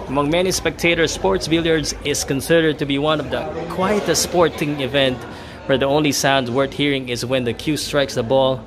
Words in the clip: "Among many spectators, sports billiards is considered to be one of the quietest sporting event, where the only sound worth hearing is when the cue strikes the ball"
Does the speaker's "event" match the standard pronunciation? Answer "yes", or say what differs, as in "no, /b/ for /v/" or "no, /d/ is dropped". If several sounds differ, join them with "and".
yes